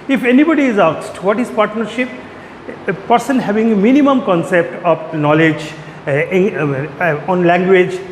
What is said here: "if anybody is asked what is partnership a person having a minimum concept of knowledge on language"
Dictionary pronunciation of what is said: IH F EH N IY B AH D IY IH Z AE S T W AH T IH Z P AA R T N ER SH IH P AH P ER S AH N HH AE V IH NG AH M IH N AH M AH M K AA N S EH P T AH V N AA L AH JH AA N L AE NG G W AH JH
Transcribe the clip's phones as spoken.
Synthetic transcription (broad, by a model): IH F EH N IY B AH D IY IH Z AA S T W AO T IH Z P AA R T N ER SH IH P P ER S AH N HH AE V IH NG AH M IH N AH M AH M K AA N S EH P T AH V N AA L AH JH AA N L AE NG G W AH JH